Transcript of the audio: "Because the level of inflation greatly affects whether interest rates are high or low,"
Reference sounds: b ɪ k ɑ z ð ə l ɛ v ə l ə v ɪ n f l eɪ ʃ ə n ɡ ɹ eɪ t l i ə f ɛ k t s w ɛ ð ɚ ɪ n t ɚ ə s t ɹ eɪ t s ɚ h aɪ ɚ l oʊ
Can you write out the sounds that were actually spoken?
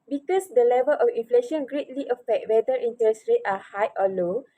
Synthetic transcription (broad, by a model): b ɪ k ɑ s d ə l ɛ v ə l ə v ɪ n f l eɪ ʃ ə n ɡ ɹ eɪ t l i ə f ɛ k t w ɛ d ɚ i n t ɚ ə s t ɹ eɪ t ɑ h aɪ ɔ l oʊ